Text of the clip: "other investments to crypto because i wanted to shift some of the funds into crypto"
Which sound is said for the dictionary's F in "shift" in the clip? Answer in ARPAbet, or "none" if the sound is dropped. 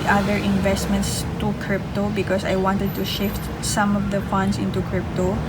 F